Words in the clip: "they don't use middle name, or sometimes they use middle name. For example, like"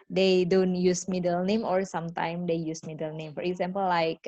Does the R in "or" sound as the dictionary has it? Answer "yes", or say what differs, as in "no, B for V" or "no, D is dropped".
yes